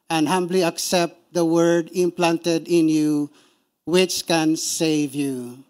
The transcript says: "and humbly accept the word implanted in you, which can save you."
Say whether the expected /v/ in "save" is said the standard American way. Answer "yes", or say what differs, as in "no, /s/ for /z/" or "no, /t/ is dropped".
yes